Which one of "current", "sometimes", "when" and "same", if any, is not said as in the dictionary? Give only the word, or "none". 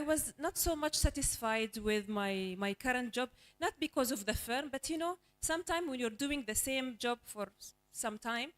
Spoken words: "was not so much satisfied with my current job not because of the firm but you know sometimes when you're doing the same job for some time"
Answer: sometimes